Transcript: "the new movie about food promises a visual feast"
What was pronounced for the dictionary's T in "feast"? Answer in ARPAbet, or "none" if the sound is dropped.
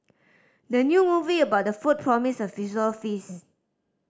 none